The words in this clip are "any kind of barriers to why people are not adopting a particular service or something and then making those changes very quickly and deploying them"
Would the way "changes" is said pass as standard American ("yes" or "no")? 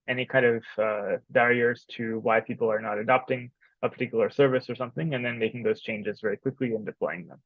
yes